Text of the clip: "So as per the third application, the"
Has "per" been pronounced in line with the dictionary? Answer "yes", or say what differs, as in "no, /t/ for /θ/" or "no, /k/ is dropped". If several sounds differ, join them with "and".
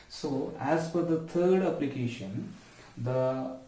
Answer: no, /f/ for /p/